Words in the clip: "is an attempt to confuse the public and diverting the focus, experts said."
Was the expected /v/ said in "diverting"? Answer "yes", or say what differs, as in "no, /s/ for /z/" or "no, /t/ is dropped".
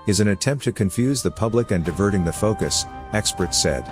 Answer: yes